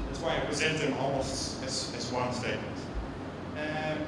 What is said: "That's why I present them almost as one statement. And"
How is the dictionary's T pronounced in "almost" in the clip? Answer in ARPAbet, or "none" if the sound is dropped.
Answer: none